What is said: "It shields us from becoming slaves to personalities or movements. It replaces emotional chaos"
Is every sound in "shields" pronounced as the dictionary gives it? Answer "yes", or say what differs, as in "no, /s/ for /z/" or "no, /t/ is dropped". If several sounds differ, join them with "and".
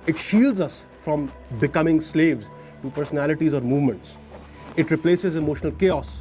yes